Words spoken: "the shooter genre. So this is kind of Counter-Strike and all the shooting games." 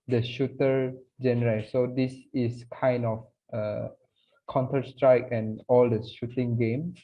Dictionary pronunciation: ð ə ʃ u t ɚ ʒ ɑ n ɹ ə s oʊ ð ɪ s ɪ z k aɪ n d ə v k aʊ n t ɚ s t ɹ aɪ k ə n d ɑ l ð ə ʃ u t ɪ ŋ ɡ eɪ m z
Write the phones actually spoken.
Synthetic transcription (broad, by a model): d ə ʃ u t ɚ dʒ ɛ n ɹ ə s oʊ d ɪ s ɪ s k aɪ n d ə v k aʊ n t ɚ s t ɹ aɪ k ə n ɑ l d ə ʃ u t ɪ ŋ ɡ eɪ m